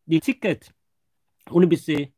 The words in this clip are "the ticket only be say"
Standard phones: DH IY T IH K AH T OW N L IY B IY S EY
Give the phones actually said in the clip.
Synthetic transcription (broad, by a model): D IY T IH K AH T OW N IY B IY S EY